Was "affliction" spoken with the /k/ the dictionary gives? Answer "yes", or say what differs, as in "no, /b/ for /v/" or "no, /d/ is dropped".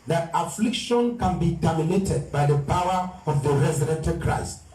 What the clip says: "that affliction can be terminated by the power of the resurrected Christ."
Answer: yes